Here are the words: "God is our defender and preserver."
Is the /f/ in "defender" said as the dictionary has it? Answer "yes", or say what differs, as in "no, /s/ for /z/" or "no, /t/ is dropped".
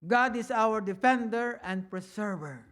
yes